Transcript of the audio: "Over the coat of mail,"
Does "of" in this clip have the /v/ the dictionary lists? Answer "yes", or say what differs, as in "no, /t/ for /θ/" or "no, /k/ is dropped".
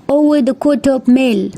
no, /p/ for /v/